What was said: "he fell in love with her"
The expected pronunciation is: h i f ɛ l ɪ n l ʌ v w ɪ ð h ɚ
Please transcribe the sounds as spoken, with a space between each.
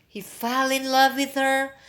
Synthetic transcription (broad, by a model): h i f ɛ l ɪ n l ʌ v w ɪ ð h ɚ